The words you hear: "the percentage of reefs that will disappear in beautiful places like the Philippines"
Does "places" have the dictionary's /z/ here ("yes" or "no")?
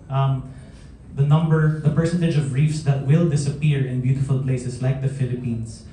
no